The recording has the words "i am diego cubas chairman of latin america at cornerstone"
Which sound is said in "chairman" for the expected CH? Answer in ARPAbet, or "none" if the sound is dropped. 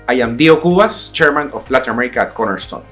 CH